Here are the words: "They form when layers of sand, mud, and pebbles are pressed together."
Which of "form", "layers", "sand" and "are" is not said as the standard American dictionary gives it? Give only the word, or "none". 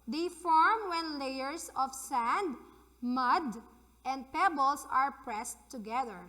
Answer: layers